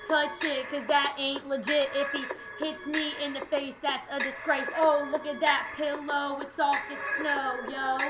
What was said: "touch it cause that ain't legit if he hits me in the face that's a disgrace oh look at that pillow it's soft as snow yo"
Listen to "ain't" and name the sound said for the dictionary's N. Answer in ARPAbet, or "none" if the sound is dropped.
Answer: N